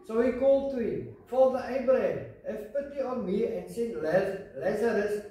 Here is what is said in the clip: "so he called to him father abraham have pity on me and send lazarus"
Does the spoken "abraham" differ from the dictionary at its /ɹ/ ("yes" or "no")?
yes